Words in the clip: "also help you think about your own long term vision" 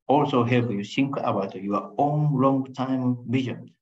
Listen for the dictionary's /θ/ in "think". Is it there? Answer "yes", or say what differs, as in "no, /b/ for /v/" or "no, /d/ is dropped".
no, /s/ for /θ/